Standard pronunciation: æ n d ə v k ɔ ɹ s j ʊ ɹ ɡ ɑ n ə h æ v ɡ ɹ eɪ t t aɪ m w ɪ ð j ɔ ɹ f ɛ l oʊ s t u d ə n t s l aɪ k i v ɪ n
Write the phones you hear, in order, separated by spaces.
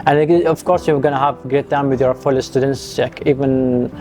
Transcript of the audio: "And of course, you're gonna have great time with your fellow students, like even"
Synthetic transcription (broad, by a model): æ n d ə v k ɔ ɹ s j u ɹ ɡ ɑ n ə h æ v ɡ ɹ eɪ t t aɪ m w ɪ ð j ɔ ɹ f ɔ l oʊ s t u d ə n t s l aɪ k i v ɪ n